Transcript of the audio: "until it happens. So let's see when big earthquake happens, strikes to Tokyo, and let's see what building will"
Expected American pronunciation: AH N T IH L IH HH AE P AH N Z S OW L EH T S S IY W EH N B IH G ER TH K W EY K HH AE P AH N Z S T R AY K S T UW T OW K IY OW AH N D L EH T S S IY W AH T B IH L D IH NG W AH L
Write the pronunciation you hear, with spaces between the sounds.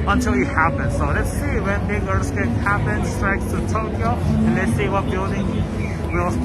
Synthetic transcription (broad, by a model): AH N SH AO IH HH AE P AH N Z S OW L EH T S S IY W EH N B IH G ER S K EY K HH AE P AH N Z S T R AY K S T UW T OW K IY OW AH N L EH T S S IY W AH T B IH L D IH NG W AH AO